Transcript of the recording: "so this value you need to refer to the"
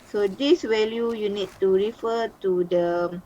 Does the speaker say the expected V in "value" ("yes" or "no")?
no